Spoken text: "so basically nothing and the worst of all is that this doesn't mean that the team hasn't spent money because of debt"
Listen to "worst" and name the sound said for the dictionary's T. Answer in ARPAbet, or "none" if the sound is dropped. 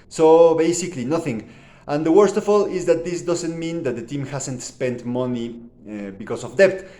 T